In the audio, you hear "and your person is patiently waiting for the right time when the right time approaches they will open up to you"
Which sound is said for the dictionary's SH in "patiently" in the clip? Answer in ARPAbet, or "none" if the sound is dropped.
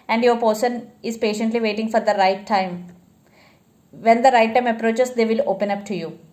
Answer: SH